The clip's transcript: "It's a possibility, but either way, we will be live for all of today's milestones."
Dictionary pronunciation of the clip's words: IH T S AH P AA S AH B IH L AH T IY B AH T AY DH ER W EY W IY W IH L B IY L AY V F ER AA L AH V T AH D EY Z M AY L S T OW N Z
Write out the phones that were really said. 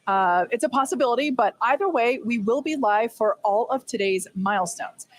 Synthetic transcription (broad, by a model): IH T S AH P AA S AH B IH L AH T IY B AH T AY DH ER W EY W IY W IH L B IY L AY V F ER AA L AH V T AH D EY Z M AY L S T OW N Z